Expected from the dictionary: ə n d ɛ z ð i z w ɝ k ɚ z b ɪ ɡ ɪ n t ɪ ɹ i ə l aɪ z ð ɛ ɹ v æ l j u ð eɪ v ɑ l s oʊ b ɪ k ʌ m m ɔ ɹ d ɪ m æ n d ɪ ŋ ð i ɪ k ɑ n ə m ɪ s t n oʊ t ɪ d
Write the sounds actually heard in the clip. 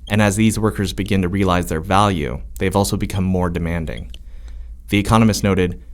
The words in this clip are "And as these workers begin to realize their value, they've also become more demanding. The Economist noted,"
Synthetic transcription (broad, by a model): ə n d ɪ z ð i z w ɝ k ɚ z b ɪ ɡ ɪ n t ɪ ɹ i ə l aɪ z ð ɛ ɹ v æ l j u ð eɪ v ɑ l s oʊ b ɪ k ʌ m m ɔ ɹ d ɪ m æ n d ɪ ŋ ð i ɪ k ɑ n ə m ɪ s t n oʊ t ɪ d